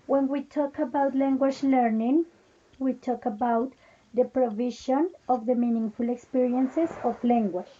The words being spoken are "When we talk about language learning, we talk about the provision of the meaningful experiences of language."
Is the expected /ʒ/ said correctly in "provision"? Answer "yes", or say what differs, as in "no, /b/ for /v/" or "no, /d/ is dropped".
no, /ʃ/ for /ʒ/